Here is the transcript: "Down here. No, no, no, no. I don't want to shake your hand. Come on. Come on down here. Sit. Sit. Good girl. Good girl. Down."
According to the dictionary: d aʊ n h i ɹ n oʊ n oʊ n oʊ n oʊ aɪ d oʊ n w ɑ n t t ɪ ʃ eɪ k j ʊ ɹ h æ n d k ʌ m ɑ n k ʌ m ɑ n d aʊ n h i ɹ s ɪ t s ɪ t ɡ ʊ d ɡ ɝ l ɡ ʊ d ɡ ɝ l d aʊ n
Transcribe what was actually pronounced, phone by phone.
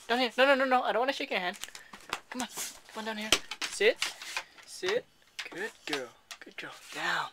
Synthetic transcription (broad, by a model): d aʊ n h i ɹ n oʊ n oʊ n oʊ n oʊ aɪ d oʊ n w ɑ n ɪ ʃ eɪ k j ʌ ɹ h æ n d k ʌ m ɑ n k ʌ m ɑ n d aʊ n h i ɹ s ɪ t s ɪ t ɡ ʊ d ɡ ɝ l ɡ ʊ d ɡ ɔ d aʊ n